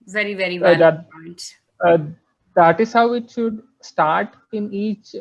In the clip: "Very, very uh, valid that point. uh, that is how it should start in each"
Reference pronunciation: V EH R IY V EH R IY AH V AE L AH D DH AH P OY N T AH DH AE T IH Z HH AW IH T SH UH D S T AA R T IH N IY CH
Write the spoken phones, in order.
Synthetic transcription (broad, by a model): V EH R IY V EH R IY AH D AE AH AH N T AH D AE T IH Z HH AW IH T SH UH D S T AA R T IH N IY CH